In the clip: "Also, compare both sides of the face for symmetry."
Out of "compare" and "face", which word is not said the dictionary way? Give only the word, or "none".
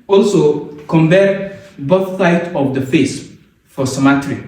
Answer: compare